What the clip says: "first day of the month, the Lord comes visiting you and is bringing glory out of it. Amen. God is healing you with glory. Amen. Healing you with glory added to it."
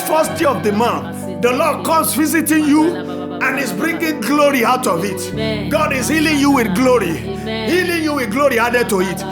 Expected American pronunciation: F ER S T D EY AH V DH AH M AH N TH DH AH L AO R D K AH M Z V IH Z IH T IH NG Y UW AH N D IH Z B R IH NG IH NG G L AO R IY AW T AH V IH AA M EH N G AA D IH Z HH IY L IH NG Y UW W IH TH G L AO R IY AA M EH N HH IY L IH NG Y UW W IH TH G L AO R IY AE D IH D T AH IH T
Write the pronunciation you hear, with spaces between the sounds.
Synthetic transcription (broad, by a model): F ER S T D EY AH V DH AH M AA TH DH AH L AO D K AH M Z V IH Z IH T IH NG Y UW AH N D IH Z B R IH NG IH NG G L AO R IY AW T AH V IH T G AA D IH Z HH IY L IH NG Y UW W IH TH G L AO R IY HH IY L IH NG Y UW W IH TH G L AO R IY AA D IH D T AH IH T